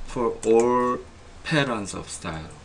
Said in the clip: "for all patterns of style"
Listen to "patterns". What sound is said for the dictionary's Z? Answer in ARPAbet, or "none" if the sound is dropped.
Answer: S